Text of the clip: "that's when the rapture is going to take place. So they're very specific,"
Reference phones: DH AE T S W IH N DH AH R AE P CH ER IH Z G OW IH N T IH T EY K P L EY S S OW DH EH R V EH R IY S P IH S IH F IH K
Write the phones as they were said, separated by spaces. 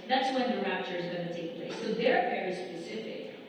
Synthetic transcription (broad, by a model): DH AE T S W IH N DH AH R AE P CH ER IH Z G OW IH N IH T EY K P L EY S S OW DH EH R V EH R IY S P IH S IH F IH K